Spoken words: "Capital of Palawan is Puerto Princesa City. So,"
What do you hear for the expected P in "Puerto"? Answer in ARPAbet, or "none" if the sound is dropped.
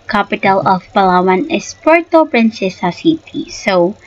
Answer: P